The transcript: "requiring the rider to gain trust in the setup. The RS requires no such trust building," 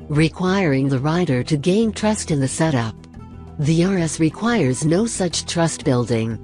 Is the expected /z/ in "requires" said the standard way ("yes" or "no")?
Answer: yes